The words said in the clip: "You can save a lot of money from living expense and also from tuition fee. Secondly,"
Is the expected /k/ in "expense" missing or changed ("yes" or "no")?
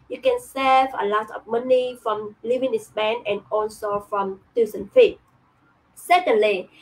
yes